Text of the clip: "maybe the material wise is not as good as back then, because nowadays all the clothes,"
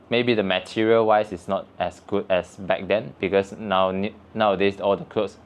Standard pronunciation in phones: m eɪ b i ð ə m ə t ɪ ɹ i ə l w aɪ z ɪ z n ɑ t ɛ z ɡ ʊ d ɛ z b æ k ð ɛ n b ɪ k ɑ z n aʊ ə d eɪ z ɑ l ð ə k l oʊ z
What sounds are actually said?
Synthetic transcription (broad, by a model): m eɪ b i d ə m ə t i ɹ i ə l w aɪ s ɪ s n ɑ t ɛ s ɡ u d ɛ s b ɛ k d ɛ n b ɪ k ɑ s n aʊ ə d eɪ s ɑ l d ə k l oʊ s